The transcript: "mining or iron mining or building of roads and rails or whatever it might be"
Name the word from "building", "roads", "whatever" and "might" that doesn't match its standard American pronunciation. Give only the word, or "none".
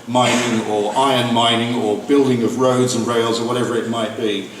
none